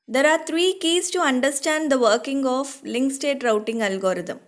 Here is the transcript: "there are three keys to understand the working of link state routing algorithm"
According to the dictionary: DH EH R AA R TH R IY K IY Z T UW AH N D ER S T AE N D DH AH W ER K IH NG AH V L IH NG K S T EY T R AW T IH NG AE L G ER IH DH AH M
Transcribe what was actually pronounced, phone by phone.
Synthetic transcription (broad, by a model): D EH R AA R T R IY K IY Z T UW AH N D ER S T AE N D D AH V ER K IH NG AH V L IH NG K S T EY T R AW T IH NG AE L G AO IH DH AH M